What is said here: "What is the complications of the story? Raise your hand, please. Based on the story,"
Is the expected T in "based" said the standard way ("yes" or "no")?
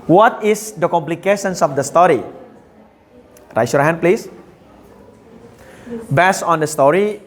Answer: no